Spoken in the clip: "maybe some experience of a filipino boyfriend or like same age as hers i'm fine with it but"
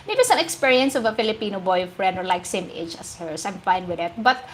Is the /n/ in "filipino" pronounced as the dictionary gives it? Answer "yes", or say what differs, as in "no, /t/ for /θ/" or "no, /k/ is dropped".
yes